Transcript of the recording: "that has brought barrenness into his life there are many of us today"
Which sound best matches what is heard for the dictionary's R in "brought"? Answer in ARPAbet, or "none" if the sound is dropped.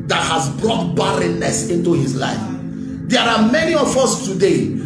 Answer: R